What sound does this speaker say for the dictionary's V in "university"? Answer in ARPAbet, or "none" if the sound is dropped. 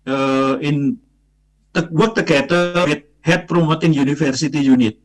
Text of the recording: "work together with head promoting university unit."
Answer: F